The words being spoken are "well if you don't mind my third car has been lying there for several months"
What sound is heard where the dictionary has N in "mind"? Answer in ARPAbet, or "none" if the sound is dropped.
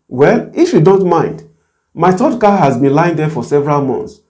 N